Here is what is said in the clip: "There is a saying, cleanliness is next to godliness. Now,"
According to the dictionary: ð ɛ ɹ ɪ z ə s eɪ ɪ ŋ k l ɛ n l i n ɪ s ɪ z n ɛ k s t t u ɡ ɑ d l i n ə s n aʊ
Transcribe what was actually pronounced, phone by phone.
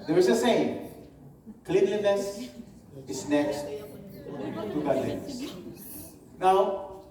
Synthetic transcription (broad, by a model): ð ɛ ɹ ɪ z ə s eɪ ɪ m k l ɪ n l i n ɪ s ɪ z n ɛ k s t t u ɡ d i ə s n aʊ